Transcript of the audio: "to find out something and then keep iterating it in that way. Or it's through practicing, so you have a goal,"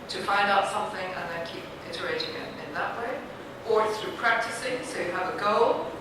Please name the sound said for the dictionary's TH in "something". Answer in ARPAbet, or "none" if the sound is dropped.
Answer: TH